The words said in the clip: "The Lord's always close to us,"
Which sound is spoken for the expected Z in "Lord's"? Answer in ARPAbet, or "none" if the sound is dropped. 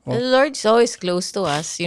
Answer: S